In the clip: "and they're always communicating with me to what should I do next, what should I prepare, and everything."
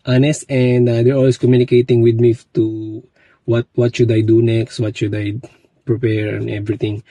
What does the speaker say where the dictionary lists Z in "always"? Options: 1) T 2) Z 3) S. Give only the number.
3